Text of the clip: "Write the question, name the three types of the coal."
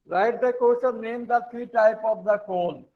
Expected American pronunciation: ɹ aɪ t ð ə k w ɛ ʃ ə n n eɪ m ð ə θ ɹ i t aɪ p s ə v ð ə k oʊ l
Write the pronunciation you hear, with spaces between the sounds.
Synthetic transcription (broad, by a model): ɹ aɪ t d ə k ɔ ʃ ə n n eɪ m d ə t ɹ i t aɪ p ə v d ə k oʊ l